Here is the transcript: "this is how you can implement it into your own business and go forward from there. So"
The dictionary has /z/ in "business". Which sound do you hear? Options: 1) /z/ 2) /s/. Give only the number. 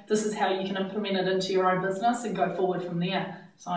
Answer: 1